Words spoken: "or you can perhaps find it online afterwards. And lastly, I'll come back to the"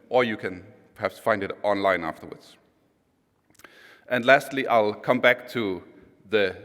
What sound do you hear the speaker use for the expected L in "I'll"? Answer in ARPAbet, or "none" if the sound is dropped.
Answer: L